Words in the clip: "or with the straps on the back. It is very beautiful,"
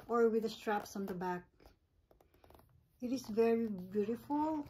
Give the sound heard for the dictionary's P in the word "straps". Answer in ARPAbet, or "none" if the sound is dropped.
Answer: P